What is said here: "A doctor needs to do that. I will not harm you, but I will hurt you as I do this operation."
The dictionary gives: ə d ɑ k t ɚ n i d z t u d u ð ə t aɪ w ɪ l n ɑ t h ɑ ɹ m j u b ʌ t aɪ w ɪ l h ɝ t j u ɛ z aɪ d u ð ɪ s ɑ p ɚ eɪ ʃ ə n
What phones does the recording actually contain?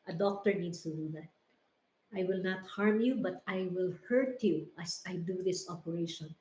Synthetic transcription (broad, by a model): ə d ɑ k t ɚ n i d s t u d u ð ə t aɪ w ɪ l n ɑ t h ɑ ɹ m j u b ʌ t aɪ w ɪ l h ɝ t j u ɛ s aɪ d u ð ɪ s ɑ p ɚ eɪ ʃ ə n